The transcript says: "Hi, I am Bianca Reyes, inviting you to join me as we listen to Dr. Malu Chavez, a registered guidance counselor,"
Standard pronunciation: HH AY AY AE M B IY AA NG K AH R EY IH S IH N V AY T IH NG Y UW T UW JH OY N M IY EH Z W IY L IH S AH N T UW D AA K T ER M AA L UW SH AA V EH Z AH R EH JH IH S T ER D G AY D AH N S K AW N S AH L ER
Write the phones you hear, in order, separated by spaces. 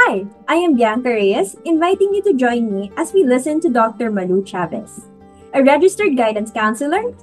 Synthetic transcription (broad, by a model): AY AY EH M B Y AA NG K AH R EY IH S IH N V AY T IH NG Y UW T UW JH OY N M IY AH S W IY L IH S AH N T UW D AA K T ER M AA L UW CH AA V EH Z AH R EH JH IH S T ER D G AY D AH N S K AW N S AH L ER